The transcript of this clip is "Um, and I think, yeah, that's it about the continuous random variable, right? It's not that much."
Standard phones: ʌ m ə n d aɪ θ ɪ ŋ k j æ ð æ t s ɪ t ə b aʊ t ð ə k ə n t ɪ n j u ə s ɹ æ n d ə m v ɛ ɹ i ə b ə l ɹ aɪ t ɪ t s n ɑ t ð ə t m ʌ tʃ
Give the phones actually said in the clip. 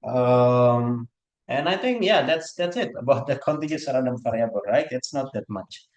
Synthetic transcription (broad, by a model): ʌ m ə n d aɪ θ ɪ ŋ k j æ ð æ t s ɪ t ə b aʊ t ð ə k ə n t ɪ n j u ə ɹ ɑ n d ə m f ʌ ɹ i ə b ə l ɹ aɪ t ɪ t s n ɑ t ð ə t m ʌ tʃ